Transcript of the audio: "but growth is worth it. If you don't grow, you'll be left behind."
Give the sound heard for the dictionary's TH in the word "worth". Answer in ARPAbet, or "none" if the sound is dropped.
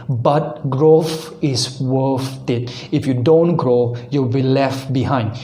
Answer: F